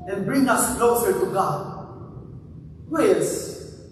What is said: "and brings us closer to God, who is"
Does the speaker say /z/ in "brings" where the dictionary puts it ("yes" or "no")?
no